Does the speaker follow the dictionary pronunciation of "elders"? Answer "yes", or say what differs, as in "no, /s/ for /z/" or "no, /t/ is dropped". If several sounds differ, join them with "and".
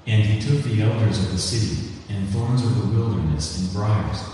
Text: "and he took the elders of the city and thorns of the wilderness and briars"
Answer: yes